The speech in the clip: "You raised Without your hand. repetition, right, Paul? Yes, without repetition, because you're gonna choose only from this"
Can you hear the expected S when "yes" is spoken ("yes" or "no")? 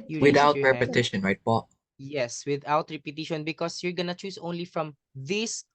yes